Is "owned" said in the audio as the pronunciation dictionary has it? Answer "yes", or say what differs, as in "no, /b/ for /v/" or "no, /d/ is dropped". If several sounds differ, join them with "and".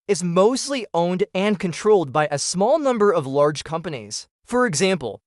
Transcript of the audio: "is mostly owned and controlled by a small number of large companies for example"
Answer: yes